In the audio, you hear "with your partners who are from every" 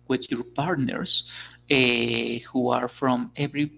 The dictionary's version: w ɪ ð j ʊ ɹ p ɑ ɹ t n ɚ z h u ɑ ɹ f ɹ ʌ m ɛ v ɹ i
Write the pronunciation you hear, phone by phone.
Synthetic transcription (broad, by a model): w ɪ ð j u ɹ p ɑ ɹ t n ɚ s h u ɑ ɹ f ɹ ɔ m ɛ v ɹ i